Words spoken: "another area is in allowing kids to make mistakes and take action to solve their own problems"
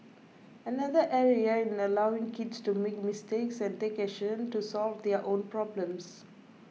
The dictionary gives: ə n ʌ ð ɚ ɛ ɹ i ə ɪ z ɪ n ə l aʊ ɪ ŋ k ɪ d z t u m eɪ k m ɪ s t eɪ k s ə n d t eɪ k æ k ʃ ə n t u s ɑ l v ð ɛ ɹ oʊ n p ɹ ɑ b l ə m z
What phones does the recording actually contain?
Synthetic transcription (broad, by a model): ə n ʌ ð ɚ ɛ ɹ i ə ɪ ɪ n ə l aʊ ɪ ŋ k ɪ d s t u m eɪ k m ɪ s t eɪ k s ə n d t eɪ k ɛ ʃ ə n t u s ɑ l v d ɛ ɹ oʊ n p ɹ ɑ b l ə m s